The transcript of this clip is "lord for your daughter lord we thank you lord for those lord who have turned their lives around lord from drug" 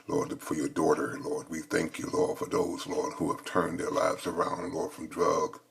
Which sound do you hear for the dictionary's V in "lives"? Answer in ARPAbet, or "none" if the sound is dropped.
V